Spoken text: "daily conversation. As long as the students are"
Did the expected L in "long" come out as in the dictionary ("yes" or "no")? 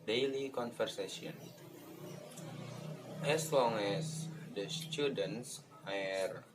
yes